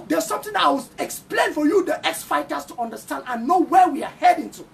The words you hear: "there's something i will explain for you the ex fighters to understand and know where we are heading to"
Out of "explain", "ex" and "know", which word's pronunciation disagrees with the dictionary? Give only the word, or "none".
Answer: none